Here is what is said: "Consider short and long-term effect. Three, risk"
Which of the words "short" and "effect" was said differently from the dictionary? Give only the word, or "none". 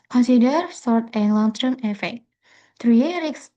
short